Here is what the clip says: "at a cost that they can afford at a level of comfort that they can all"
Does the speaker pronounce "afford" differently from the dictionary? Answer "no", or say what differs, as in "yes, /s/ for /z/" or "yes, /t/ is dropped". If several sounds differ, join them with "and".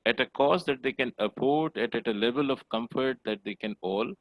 yes, /p/ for /f/